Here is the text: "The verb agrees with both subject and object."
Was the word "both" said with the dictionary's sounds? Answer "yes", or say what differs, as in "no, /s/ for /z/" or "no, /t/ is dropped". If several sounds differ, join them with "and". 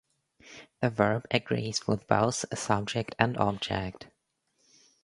no, /s/ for /θ/